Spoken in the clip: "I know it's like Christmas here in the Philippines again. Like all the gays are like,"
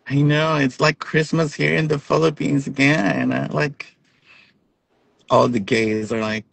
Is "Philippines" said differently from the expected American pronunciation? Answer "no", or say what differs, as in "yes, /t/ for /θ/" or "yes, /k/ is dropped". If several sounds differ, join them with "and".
no